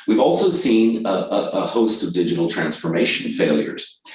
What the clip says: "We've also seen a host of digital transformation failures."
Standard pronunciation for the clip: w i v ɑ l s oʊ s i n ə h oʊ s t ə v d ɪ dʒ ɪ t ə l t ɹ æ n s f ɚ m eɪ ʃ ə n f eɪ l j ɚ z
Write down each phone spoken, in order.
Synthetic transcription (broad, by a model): w i v ɑ l s oʊ s i n ə h oʊ s t ə v d ɪ dʒ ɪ t l t ɹ æ n s f ɚ m eɪ ʃ ə n f eɪ l j ɚ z